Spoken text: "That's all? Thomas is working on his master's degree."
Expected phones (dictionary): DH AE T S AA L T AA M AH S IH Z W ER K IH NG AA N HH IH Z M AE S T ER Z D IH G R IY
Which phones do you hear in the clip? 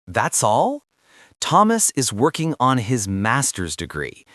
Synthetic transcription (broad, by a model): DH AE T S AA L T AA M AH S IH Z W ER K IH NG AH N IH Z M AE S T ER Z D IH G R IY